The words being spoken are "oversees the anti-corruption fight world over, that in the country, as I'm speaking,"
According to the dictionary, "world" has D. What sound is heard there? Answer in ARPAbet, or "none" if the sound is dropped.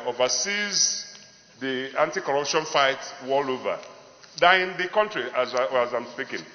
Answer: none